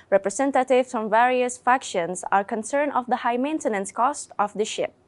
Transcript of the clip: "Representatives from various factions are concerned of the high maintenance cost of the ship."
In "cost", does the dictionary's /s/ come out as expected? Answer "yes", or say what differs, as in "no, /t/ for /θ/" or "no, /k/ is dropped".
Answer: yes